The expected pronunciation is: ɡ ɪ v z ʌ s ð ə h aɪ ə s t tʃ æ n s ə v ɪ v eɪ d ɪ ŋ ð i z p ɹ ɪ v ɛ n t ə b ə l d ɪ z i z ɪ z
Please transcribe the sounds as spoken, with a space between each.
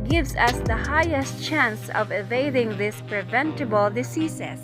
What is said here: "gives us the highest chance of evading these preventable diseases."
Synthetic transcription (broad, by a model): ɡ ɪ v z ʌ s ð ə h aɪ ə s t tʃ æ n s ə v ɪ v eɪ d ɪ ŋ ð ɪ s p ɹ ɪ v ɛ n t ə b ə l d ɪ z i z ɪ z